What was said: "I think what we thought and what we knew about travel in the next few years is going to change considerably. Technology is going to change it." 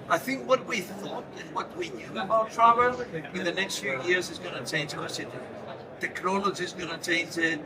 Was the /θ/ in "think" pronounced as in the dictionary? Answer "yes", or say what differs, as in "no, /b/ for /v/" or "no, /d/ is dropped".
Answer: yes